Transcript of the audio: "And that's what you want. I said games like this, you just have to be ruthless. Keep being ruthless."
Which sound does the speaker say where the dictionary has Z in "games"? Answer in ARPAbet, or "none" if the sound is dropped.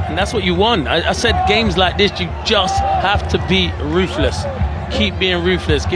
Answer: Z